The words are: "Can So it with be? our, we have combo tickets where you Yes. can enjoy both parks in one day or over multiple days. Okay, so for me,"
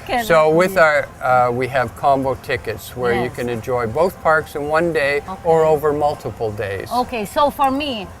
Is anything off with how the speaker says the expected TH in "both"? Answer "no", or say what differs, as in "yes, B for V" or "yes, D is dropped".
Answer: no